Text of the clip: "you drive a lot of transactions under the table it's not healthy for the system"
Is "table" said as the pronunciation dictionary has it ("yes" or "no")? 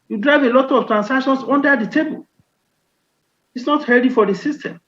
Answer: yes